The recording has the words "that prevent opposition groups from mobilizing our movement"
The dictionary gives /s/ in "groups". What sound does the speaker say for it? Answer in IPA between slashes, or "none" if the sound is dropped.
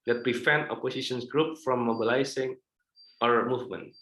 none